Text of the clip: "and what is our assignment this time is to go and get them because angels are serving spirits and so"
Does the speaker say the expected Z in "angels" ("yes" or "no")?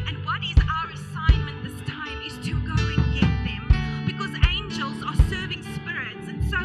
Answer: yes